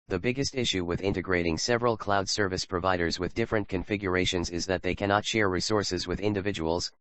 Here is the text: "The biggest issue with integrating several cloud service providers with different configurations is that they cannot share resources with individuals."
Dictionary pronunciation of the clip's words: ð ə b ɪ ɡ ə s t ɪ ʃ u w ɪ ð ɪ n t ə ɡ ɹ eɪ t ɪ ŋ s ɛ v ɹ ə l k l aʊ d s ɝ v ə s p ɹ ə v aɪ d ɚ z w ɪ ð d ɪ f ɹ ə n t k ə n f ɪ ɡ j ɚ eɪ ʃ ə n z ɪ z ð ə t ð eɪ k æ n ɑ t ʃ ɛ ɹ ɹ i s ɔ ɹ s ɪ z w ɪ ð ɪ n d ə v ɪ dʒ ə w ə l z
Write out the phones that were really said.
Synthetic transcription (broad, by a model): ð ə b ɪ ɡ ə s t ɪ ʃ u w ɪ ð ɪ n t ə ɡ ɹ eɪ t ɪ ŋ s ɛ v ɹ ə l k l aʊ d s ɝ v ə s p ɹ ə v aɪ d ɚ z w ɪ ð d ɪ f ɹ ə n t k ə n f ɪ ɡ j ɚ eɪ ʃ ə n z ɪ z ð ə t ð eɪ k æ n ɑ t ʃ ɛ ɹ ɹ i s ɔ ɹ s ɪ z w ɪ ð ɪ n d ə v ɪ dʒ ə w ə l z